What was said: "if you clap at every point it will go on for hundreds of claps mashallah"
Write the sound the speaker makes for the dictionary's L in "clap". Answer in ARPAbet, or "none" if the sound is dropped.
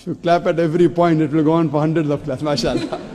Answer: L